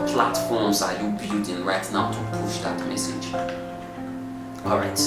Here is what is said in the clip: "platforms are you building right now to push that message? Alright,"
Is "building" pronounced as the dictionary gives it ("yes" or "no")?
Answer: no